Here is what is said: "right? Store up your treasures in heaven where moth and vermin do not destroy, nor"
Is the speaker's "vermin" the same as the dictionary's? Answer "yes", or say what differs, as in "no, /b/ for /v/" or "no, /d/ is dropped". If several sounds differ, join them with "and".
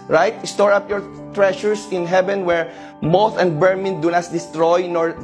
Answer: no, /b/ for /v/